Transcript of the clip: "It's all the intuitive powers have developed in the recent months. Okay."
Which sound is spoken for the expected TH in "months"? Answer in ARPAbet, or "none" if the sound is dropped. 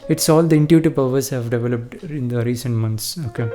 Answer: T